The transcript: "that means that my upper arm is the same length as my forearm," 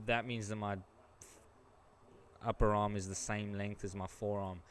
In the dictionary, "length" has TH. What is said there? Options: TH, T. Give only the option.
TH